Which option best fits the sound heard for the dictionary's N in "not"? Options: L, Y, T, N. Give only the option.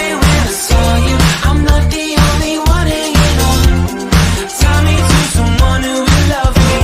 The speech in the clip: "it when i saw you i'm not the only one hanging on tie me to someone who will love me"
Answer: L